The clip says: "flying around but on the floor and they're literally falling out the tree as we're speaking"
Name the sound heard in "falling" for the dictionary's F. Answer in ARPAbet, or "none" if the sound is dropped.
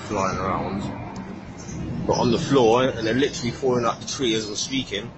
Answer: P